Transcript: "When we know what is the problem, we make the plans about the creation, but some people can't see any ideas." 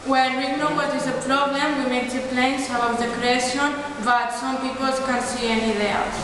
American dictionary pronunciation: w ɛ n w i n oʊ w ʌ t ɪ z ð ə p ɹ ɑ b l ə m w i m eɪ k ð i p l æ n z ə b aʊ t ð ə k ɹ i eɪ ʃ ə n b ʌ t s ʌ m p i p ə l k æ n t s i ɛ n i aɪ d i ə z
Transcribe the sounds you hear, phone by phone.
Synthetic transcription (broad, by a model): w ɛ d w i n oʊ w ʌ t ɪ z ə p ɹ ɑ b l ə m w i m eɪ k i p l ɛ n s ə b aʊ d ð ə k ɹ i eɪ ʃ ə n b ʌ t s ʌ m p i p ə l k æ n s i ɛ n i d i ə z